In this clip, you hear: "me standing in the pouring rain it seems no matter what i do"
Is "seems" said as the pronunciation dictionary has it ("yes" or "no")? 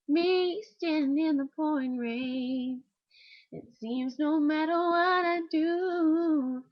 yes